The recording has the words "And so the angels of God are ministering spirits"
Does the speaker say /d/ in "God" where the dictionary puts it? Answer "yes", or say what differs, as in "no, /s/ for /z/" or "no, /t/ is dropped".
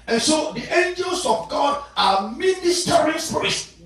yes